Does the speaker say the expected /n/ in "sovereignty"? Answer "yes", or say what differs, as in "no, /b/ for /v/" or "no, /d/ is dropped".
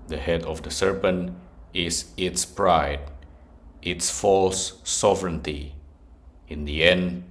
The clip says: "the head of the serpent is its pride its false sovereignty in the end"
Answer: yes